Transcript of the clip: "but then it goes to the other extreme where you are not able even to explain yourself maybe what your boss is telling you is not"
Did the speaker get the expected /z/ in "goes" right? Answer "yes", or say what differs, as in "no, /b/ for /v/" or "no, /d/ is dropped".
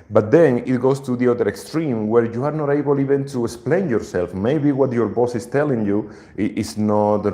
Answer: no, /s/ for /z/